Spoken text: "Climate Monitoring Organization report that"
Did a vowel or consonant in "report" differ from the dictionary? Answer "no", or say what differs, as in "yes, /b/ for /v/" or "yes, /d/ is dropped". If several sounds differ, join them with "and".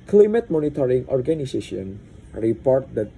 no